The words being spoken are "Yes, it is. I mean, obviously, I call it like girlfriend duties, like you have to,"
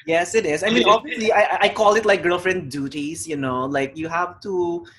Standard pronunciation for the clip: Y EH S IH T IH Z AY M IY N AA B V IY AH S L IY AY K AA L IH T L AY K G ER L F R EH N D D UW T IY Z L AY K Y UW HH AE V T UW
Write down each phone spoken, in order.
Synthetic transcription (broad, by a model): Y EH S IH T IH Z AY M IY N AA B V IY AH S L IY AY K AA L IH T L AY K G ER L F R EH N D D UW T IY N L AY K Y UW HH AE V T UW